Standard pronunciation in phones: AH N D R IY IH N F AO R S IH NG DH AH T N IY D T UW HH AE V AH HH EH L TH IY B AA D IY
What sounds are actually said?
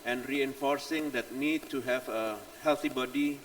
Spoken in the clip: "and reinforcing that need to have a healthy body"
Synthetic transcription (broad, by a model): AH N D R IY IH N F AO R S IH NG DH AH T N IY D T UW HH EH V AH HH EH L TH IY B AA D IY